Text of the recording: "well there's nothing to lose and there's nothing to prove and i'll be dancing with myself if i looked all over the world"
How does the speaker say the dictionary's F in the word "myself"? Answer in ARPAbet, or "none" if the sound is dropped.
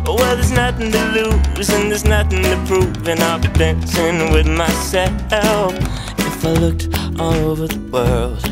none